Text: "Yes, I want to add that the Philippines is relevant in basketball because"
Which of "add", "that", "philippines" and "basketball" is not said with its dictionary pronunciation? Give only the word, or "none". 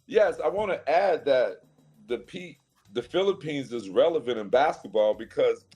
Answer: none